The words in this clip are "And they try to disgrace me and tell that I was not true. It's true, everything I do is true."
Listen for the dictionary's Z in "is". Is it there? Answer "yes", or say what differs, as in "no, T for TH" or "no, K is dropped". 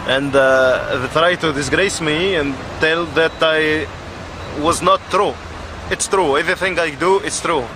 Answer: no, S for Z